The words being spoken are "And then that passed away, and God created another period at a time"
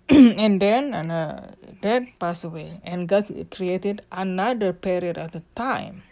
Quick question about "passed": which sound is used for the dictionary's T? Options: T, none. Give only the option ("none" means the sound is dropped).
none